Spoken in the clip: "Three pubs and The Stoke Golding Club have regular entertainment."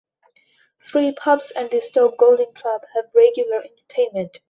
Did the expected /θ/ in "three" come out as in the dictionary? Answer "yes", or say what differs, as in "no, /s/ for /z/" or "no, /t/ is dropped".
yes